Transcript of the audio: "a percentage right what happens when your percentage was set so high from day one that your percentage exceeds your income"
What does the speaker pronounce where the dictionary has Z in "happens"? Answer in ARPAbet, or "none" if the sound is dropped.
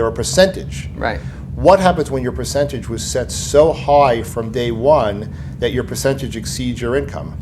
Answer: Z